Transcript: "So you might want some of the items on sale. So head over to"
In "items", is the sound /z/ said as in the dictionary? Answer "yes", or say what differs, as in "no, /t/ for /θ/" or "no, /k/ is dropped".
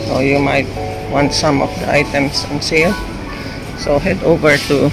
no, /s/ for /z/